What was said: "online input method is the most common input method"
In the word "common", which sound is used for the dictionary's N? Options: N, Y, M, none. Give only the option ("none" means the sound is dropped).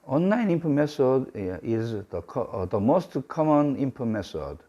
N